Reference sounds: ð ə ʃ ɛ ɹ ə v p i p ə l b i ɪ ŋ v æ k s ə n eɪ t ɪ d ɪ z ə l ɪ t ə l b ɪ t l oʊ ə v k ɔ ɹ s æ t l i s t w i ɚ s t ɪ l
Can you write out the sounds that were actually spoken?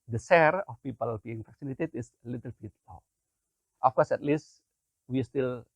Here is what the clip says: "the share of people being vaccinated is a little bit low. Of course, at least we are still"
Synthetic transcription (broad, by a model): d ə s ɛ ɹ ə f p i p ə l b i ɪ ŋ f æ k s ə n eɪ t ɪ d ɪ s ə l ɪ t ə l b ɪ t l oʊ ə f k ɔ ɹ s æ t l i s t w i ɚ s t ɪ l